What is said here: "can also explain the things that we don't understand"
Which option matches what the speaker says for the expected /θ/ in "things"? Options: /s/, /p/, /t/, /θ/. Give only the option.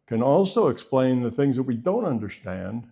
/θ/